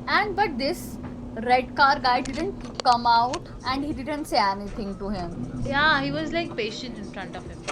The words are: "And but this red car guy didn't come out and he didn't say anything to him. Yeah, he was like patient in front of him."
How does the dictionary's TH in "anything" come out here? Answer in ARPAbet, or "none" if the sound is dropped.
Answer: T